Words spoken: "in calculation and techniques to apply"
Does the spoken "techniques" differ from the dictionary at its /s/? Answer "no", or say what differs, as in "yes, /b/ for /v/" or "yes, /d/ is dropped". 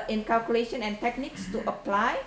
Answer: no